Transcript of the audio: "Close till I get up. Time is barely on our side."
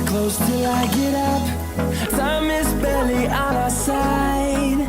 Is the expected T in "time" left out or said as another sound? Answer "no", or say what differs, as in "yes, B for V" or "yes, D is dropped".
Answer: yes, S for T